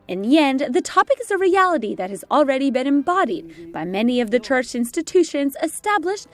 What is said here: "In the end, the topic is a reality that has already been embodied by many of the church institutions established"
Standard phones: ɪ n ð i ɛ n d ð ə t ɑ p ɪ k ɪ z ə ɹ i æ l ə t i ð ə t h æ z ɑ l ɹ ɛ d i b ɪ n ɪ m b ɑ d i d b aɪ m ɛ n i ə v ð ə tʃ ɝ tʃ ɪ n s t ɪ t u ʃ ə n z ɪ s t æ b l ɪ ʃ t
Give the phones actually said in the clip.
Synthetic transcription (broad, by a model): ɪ n ð i ɛ n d ð ə t ɑ p ɪ k ɪ z ə ɹ i æ l ə t i ð ə t h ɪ z l ɹ ɛ d i b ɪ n ɪ m b ɑ d i d b aɪ m ɛ n i ə v ð ə tʃ ɝ tʃ ɪ n s t ɪ t u ʃ ə n z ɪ s t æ b l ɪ ʃ t